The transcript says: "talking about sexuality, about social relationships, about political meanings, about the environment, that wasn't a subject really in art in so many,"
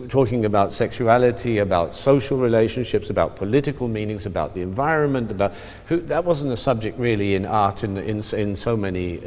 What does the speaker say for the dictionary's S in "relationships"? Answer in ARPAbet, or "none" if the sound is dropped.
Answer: S